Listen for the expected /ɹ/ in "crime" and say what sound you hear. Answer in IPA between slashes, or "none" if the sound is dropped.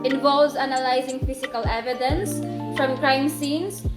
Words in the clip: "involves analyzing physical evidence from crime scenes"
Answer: /ɹ/